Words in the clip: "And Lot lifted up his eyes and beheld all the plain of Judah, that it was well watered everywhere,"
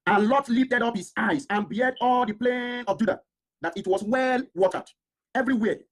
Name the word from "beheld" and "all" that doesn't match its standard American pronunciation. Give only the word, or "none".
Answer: beheld